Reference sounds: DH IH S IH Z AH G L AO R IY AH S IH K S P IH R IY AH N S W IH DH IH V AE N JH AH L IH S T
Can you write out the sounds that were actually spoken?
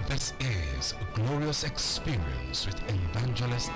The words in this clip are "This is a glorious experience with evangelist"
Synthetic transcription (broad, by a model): DH IH S IH Z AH G L AO R IY AH S IH K S P IH R IY AH N S W IH DH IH V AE N JH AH L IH S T